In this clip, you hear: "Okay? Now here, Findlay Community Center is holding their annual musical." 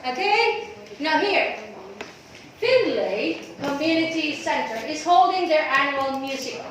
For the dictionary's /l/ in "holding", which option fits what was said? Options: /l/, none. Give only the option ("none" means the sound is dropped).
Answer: /l/